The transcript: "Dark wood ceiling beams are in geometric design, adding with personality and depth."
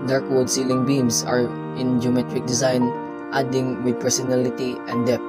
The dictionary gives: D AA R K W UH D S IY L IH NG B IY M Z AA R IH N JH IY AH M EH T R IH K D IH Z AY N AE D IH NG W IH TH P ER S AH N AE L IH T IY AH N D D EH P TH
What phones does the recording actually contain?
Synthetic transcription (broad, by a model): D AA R K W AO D S IY L IH NG B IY M S AA R IH N JH IY AH M EH T R IH K D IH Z AY N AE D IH NG W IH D P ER S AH N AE L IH T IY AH N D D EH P